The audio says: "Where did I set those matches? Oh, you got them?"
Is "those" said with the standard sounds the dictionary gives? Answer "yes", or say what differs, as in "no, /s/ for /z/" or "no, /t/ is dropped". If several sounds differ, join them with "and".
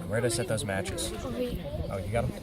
yes